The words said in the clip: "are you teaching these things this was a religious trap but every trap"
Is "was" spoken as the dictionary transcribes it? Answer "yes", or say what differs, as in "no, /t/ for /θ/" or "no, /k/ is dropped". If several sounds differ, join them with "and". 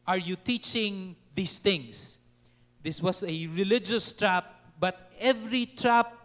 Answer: no, /s/ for /z/